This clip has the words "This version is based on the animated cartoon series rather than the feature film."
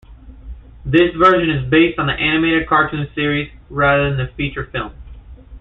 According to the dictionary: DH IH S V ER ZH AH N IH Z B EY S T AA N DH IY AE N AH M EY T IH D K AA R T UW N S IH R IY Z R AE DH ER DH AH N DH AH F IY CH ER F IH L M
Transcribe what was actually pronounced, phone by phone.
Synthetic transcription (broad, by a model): DH IH S V ER ZH AH N IH Z B EY S T N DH IY AE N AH M EY T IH D K AA R T UW N S IH R IY Z R AE DH ER DH AH N DH AH F IY CH ER F IH L M